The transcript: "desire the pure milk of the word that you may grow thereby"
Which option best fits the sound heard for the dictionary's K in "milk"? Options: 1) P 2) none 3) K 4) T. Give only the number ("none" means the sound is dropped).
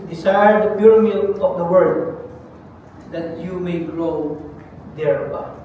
2